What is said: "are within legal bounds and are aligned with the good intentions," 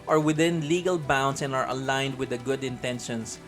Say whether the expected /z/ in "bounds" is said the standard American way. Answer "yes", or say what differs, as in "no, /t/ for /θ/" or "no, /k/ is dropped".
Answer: no, /s/ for /z/